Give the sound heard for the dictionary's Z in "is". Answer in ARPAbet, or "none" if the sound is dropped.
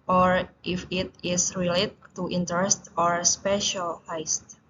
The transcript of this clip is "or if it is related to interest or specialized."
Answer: S